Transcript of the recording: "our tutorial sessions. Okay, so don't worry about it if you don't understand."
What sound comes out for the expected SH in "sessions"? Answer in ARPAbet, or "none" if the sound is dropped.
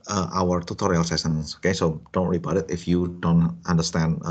S